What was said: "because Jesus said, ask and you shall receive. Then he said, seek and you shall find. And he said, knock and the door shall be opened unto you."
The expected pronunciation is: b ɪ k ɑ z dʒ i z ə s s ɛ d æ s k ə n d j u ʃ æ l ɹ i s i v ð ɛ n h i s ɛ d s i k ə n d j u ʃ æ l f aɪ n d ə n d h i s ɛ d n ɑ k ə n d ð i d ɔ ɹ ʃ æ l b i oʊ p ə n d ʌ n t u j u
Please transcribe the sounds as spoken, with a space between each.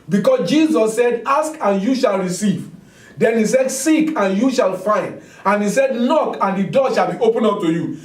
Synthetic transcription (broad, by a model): b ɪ k ɑ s dʒ i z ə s s ɛ d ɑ s k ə n j u ʃ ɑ l ɹ i s i v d ɛ n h i s ɛ d s i k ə n j u ʃ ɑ l f aɪ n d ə n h i s ɛ d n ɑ k ə n d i d ɔ ʃ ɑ l b i oʊ p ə n ʌ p t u j u